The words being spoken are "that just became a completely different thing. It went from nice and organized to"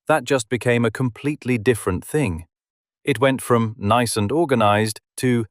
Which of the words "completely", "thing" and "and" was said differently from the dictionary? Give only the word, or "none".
none